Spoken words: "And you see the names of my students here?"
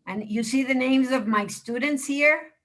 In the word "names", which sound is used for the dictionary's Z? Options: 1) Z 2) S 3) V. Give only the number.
1